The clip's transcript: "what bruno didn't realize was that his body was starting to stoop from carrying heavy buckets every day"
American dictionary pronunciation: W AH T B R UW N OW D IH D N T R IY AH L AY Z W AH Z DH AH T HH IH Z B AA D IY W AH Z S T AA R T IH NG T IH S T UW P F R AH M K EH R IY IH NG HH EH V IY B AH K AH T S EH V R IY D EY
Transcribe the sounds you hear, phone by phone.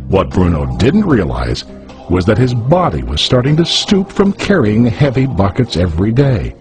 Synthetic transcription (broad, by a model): W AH T B R UW N OW D IH D N T R IY AH L AY Z W AH Z DH AH T HH IH Z B AA D IY W AH Z S T AA R T IH NG T IH S T UW P F R AH M K EH R IY IH NG HH EH V IY B AH K AH T S EH V R IY D EY